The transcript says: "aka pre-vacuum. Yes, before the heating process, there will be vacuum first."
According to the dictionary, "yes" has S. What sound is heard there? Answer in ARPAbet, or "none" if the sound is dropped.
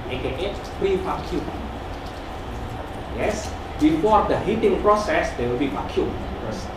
S